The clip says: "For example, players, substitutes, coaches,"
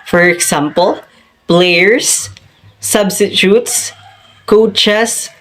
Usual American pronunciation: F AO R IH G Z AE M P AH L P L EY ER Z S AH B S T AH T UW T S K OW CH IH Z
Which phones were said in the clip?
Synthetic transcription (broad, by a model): F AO R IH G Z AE M P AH L B L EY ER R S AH B S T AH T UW T S K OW CH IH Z